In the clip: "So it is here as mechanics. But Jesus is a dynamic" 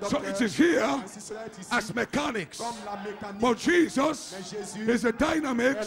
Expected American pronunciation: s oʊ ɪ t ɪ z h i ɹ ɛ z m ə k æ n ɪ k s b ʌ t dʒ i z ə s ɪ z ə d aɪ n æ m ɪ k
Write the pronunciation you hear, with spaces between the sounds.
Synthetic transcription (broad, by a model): s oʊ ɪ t ɪ z h i ɹ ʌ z m ə k æ n ɪ k s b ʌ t dʒ i z ə s ɪ z ə d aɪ n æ m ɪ k